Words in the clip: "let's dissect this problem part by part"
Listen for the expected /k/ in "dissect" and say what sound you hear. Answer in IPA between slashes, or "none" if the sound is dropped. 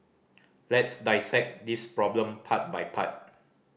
/k/